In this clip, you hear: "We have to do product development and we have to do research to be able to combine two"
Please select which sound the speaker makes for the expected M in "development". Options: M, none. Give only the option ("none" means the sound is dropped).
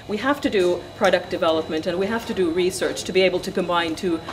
M